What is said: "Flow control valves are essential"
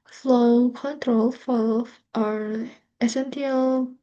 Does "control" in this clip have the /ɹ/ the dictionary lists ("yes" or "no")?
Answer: yes